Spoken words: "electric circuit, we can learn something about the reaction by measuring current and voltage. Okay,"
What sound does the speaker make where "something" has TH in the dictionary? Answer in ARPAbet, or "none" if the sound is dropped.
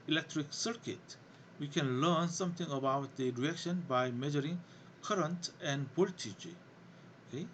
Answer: T